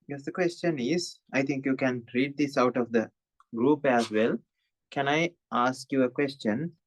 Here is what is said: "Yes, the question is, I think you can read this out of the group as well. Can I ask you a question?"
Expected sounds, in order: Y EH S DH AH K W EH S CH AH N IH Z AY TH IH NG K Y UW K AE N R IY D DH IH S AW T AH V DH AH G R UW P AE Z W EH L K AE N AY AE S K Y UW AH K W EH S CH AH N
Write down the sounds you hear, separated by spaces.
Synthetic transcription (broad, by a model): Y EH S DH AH K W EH S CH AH N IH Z AY T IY NG K Y UW K AE N R IY D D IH S AW T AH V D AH G R UW P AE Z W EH L K AE N AY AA S K Y UW AH K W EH S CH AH N